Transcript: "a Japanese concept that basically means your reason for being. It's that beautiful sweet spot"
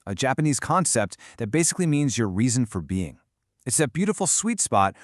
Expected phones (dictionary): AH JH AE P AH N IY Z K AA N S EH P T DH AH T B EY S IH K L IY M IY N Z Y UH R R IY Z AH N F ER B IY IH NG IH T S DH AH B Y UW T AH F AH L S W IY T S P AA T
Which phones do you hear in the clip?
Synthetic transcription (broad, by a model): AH JH AE P AH N IY Z K AA N S EH P T DH AH T B EY S IH K L IY M IY N Z Y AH R R IY Z AH N F ER B IY IH NG IH T S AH B Y UW T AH F L S W IY T S P AA T